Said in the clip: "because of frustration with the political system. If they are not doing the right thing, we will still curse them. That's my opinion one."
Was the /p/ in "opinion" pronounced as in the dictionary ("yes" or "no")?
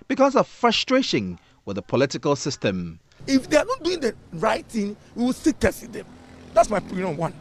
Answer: no